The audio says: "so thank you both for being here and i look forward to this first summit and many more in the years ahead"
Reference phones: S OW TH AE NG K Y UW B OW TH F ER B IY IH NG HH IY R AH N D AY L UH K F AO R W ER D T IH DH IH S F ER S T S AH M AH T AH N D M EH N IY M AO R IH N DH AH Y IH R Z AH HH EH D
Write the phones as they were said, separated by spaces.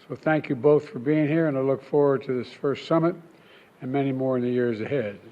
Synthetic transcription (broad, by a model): S OW TH AE NG K Y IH B OW TH F ER B IY IH NG HH IY R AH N AY L UH K F AO R W ER D T IH DH IH S F ER S T S AH M AH T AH N M EH N IY M AO R IH N DH AH Y IH R Z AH HH EH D